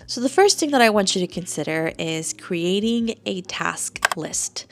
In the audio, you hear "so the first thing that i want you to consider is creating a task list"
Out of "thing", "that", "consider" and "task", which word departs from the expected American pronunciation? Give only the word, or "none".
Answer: none